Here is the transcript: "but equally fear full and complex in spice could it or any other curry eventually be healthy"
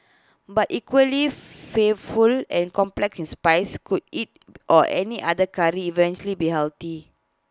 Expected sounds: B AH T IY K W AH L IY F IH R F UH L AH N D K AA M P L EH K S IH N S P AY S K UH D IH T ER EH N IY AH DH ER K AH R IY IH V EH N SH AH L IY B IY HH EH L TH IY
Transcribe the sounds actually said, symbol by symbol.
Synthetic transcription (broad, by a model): B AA T IY K W AH L IY F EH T F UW L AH N K AA M P L EH K S IH N S P AY S K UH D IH T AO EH N IY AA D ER K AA R IY V EH N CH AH L IY B IY HH EH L T IY